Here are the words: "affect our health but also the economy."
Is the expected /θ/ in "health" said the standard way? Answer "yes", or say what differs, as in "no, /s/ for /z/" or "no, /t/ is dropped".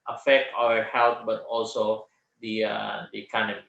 no, /t/ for /θ/